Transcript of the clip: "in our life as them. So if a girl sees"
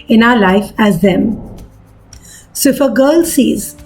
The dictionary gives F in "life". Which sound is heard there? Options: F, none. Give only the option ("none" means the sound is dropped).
F